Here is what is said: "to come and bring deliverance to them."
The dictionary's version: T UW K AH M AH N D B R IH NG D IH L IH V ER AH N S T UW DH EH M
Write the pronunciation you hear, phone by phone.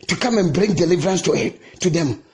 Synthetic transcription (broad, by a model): T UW K AH M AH N B R IH NG D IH L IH V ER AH N S T UW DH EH M